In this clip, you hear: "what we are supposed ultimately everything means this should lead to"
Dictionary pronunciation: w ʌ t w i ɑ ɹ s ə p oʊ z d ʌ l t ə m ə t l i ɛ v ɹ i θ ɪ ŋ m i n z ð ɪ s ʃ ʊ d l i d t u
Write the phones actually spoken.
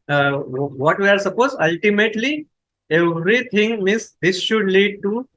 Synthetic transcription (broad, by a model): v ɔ t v i ɑ ɹ s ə p oʊ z ʌ l t ə m ə t l i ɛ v ɹ i t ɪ ŋ m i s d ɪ s ʃ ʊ d l i d t u